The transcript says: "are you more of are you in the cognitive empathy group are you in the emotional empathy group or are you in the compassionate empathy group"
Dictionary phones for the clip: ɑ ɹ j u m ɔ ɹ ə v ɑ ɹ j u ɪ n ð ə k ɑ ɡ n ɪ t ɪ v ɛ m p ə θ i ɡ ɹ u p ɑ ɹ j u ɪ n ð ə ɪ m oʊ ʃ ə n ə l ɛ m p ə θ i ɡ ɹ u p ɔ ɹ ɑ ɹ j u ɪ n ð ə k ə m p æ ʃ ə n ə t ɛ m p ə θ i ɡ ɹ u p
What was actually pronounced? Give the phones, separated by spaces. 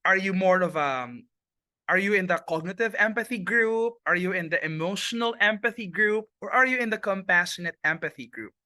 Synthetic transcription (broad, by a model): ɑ ɹ j u m ɔ ɹ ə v ɑ ɹ j u ɪ n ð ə k ɑ ɡ n ɪ t ɪ v ɛ m p ə θ i ɡ ɹ u p ɑ ɹ j u ɪ n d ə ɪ m oʊ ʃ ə n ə l ɛ m p ə θ i ɡ ɹ u p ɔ ɹ ɑ ɹ j u ɪ n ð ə k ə m p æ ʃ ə n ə t ɛ m p ə θ i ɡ ɹ u p